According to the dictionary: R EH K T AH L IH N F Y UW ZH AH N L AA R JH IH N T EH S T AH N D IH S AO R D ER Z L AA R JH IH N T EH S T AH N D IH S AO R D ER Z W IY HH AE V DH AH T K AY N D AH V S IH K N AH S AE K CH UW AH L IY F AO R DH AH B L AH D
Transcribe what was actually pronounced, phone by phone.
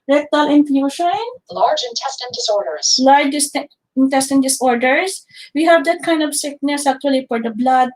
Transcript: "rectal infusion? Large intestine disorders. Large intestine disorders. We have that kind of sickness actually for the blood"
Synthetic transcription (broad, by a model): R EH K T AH L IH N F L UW SH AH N L AA R JH IH N T EH S T AH N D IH S AO R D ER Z L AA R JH IH N T EH S T AH N D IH S AO R D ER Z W IY HH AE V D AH T K AY N D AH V S IH K N AH S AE K CH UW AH L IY F AO R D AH B L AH D